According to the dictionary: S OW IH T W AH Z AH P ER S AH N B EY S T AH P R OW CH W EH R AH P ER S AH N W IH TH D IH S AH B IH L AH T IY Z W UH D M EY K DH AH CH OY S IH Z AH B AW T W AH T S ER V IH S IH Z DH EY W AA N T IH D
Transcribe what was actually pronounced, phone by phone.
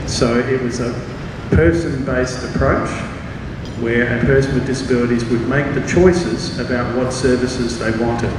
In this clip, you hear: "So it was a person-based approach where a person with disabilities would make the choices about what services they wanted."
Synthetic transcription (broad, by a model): S OW IH T W AH Z AH P ER S AH N B EY S T AH P R OW CH W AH R AH P ER S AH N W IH D IH S AH B IH L AH T IY Z W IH D M EY K DH AH CH OY S IH Z AH B AW T W AH T S ER V IH S IH Z DH EY W AA N T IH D